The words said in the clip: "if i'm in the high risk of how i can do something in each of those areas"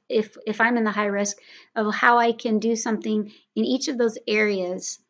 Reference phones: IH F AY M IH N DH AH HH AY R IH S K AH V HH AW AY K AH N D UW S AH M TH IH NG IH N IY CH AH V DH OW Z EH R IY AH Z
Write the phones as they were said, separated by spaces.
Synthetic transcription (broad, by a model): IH F AY M IH N DH AH HH AY R IH S K AH V HH AW AY K AH N D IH S AH M TH IH NG IH N IY CH AH V DH OW Z EH R IY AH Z